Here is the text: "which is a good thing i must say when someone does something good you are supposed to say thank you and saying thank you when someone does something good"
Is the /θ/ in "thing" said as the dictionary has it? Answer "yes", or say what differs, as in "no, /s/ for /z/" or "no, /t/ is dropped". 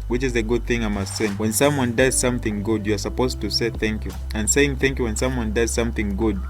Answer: yes